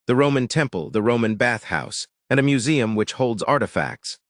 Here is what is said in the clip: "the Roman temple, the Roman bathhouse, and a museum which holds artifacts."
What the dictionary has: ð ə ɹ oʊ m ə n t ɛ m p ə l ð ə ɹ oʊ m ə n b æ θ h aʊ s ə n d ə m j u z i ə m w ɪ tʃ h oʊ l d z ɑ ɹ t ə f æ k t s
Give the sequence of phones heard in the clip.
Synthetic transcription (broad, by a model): ð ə ɹ oʊ m ə n t ɛ m p ə l ð ə ɹ oʊ m ə n b æ θ h aʊ s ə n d ə m j u z i ə m w ɪ tʃ h oʊ l d z ɑ ɹ t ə f æ k t s